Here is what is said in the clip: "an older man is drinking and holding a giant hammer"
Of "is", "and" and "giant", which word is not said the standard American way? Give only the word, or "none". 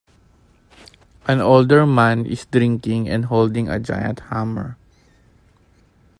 is